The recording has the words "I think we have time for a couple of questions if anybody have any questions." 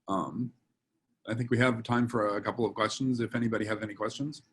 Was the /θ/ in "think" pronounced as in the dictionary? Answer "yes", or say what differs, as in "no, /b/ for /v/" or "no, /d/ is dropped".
yes